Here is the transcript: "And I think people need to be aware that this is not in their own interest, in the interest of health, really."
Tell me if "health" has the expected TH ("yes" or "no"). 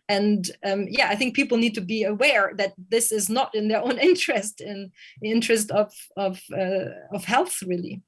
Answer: yes